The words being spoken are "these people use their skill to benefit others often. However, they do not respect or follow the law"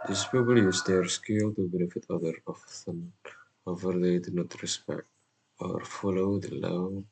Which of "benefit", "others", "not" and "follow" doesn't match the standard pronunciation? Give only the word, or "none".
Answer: others